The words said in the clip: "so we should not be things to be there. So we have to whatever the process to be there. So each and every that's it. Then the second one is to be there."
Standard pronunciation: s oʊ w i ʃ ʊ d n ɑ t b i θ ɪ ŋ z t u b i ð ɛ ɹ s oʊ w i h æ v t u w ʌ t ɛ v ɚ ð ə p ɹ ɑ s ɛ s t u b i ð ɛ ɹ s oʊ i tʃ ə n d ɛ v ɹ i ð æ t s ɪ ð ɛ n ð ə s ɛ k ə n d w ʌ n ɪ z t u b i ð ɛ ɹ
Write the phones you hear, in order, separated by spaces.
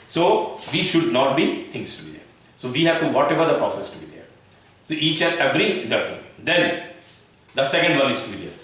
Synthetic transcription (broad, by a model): s oʊ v i ʃ ʊ d n ɑ t b i t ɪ ŋ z t u b i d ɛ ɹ s oʊ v i h æ v t u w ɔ t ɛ v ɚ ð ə p ɹ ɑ s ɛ s t u b i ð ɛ ɹ s oʊ i tʃ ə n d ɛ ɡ ɹ i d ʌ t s ɪ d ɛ n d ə s ɛ k ə n d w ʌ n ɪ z t u b i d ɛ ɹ